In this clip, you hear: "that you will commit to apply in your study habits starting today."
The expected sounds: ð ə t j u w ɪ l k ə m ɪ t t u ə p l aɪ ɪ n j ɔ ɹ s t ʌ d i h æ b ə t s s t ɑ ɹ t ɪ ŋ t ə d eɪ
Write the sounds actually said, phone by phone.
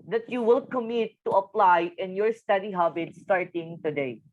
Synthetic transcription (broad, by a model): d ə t j u w ɪ l k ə m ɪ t t u ə p l aɪ ɪ n j ɔ ɹ s t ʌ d i h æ b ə t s s t ɑ ɹ t ɪ ŋ t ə d eɪ